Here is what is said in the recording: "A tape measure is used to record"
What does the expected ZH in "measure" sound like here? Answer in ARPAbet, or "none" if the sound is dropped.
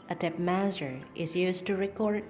Z